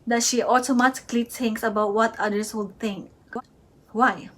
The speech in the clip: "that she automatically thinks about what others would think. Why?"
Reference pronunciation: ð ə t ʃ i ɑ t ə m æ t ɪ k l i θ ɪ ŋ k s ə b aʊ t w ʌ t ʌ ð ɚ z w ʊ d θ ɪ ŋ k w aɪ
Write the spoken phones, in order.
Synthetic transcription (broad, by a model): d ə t ʃ i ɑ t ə m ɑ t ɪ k l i t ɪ ŋ k s ə b aʊ t w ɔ t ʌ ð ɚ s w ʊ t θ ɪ ŋ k w aɪ